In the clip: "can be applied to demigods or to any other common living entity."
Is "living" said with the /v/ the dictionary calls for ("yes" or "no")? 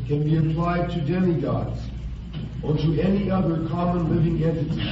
yes